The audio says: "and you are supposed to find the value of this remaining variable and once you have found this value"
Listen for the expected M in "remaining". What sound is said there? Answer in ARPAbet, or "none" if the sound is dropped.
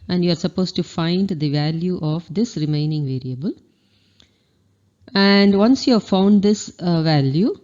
M